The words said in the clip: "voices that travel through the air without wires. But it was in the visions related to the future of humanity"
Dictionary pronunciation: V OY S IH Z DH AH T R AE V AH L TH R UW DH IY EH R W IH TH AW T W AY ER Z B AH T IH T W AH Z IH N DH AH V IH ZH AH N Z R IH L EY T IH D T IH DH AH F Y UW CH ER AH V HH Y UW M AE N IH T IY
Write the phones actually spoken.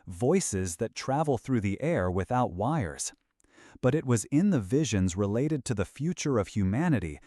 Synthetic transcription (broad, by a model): V OY S IH Z DH AH T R AE V L TH R UW DH IY EH R W IH TH AW T W AY ER Z B AH T IH T W AH Z IH N DH AH V IH ZH AH N Z R IH L EY T IH D T IH DH AH F Y UW CH ER AH V HH Y UW M AE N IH T IY